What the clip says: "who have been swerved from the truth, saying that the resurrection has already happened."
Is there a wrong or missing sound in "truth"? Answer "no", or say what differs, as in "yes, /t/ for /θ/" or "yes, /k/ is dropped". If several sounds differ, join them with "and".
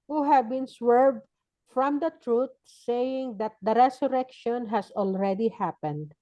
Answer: yes, /t/ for /θ/